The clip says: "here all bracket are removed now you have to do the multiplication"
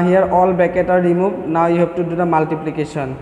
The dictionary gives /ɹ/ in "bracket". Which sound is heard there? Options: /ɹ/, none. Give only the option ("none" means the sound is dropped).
none